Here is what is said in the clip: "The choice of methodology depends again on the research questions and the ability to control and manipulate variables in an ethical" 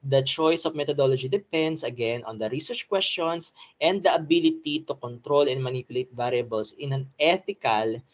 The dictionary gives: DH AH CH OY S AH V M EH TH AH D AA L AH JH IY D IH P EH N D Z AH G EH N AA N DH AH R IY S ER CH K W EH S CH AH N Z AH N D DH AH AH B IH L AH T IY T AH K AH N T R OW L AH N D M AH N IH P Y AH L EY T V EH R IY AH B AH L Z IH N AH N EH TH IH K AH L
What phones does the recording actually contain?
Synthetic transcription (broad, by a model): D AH CH OY S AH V M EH T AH D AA L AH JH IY D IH P EH N D S AH G EH N AA N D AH R IY S ER CH K W EH S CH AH N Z AH N D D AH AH B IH L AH T IY T AH K AH N T R OW L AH N M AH N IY P Y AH L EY T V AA R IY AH B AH L S IH N AH N EH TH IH K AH L